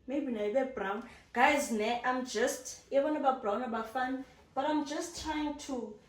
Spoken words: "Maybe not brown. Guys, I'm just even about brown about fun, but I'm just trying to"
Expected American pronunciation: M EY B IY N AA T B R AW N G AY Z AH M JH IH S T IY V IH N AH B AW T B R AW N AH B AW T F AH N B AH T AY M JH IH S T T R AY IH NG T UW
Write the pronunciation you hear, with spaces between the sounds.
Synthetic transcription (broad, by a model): M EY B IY N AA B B R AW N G AY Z AH M JH IH S T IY B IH N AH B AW B R AW N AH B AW F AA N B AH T AY M JH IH S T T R AY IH NG T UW